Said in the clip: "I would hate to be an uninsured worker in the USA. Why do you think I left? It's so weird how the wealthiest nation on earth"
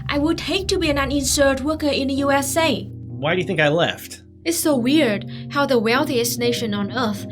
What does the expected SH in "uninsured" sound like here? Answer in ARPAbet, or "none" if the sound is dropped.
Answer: S